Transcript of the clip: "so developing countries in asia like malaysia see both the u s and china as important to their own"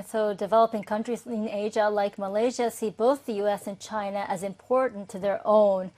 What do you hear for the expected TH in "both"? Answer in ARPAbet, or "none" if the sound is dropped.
TH